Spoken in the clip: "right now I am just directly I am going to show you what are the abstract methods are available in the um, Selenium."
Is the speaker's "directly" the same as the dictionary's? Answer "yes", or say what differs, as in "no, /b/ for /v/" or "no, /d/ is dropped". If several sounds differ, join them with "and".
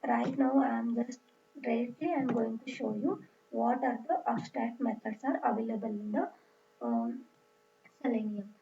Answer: no, /k/ is dropped